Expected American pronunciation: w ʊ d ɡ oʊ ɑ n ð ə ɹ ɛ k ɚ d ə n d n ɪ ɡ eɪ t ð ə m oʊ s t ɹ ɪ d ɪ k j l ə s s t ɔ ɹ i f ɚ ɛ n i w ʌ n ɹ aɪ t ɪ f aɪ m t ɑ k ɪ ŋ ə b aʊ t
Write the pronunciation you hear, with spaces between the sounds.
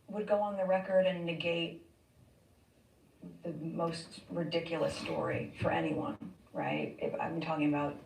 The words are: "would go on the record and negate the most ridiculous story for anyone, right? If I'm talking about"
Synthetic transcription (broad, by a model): w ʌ d ɡ oʊ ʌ n ð ə ɹ ɛ k ɚ d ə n n ɪ ɡ eɪ t ð ə m oʊ s t ɹ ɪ d ɪ k j l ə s s t ɔ ɹ i f ɚ ɛ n i w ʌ n ɹ aɪ t ɪ f aɪ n t ɑ k ɪ ŋ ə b aʊ t